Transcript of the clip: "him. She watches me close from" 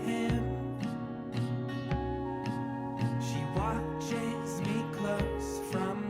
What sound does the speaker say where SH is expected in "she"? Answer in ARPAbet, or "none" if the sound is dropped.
SH